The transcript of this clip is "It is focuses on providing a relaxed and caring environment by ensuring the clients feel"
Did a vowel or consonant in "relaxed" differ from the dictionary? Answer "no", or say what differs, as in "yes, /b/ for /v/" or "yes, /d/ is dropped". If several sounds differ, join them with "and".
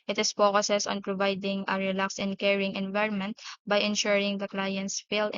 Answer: yes, /t/ is dropped